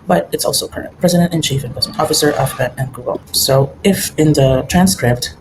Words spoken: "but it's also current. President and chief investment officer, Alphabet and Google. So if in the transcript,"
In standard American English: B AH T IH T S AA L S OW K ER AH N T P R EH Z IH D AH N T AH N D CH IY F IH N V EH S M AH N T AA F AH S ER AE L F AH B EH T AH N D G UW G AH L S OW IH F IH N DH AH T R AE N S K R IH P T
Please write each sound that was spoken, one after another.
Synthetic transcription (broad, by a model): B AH T IH T S AA L S OW K ER AH N T P R EH Z IH D AH N T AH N CH IY F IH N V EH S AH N AA F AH S ER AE F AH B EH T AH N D G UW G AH L S OW IH F IH N DH AH T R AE N S K R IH P T